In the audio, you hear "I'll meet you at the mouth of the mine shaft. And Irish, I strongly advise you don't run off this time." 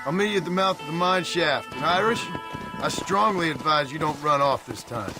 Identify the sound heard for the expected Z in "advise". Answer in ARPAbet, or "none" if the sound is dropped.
Z